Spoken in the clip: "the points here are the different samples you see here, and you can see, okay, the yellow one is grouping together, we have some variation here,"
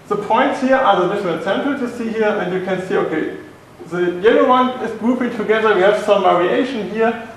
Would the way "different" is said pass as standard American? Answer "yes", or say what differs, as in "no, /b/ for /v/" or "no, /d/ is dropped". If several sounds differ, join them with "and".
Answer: no, /l/ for /n/